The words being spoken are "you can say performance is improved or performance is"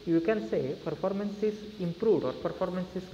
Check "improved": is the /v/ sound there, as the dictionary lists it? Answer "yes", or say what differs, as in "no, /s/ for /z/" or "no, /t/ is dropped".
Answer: no, /v/ is dropped